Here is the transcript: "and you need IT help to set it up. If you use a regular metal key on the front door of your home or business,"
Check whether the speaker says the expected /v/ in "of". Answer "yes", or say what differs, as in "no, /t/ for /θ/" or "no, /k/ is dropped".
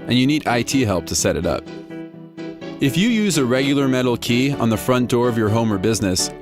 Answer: yes